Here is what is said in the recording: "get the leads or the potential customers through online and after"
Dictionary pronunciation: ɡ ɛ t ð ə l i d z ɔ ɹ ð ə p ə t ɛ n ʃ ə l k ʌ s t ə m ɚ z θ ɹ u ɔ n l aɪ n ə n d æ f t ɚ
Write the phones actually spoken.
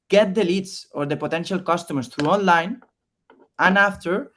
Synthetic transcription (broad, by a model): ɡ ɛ t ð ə l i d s ɔ ɹ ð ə p ə t ɛ n ʃ ə l k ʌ s t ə m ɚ s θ ɹ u ɔ n l aɪ n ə n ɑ f t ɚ